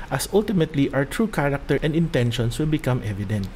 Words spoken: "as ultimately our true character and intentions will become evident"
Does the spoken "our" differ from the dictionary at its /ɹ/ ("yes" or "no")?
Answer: yes